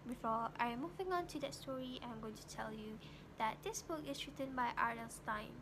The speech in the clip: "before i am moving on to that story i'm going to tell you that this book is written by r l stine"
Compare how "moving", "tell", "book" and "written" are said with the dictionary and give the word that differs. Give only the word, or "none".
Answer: none